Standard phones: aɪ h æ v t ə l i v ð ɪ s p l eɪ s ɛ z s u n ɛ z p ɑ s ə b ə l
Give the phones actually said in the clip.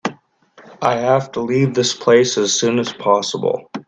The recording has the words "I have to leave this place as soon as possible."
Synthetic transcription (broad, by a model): aɪ h æ f t ə l i v ð ɪ s p l eɪ s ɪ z s u n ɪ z p ɑ s ə b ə l